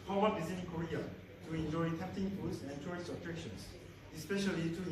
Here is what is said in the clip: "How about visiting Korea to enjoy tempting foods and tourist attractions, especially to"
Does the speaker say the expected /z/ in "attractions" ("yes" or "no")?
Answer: no